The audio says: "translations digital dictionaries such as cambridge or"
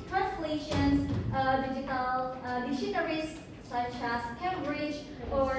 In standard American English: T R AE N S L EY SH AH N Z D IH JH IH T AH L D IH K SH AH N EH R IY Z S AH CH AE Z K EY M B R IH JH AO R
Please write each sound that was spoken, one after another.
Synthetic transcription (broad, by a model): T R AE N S L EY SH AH N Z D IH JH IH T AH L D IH SH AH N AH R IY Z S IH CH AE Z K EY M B R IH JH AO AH